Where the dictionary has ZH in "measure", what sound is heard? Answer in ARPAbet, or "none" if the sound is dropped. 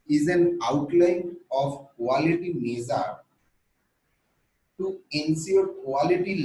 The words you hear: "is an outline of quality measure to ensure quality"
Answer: Z